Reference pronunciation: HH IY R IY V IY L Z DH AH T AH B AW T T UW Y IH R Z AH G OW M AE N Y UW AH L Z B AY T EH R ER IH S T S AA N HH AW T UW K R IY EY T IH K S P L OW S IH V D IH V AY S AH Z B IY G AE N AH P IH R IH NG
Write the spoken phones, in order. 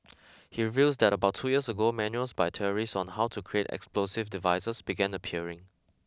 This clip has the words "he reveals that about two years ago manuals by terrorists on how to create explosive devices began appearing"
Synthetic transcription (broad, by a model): HH IY R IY V IY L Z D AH T AH B AW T T UW Y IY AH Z AH G OW M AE N Y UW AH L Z B AY T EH ER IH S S AA N HH AW T UW K R IY EY T IH K S P L OW S IH V D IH V AY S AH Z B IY G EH N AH P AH R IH NG